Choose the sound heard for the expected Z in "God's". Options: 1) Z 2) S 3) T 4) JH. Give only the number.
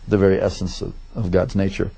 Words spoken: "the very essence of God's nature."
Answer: 1